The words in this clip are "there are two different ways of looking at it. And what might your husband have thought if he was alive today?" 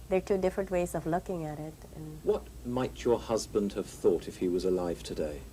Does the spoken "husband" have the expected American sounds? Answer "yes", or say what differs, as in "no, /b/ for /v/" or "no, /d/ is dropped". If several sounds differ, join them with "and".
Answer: yes